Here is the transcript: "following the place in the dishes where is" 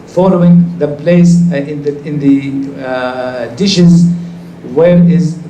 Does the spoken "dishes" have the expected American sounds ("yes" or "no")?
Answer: yes